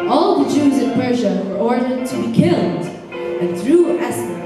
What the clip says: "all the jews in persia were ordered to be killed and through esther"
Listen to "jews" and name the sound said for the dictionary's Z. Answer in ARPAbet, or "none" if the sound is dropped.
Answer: Z